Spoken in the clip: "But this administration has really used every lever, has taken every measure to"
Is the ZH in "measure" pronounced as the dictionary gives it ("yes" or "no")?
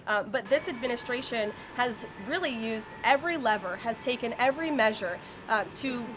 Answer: yes